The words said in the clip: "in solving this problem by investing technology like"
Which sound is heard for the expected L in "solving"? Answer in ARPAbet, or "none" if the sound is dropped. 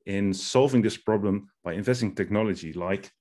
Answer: L